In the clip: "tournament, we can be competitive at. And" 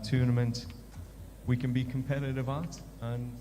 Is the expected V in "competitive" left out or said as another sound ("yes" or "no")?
no